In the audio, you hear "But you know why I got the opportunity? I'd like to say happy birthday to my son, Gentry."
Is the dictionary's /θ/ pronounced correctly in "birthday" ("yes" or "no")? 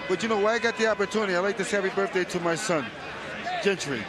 yes